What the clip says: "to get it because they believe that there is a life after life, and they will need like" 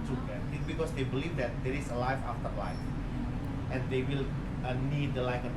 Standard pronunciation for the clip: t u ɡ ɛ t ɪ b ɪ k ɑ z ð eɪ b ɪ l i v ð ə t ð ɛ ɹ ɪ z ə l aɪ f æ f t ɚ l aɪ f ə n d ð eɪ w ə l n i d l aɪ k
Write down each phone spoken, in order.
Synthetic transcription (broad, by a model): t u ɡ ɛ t ɪ b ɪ k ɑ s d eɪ b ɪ l i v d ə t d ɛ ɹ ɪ s ə l aɪ f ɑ f t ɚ l aɪ f ə n d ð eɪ w ə l n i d l aɪ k